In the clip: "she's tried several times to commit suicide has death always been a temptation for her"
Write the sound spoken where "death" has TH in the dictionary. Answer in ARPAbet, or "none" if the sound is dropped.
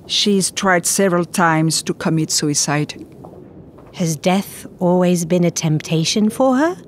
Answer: TH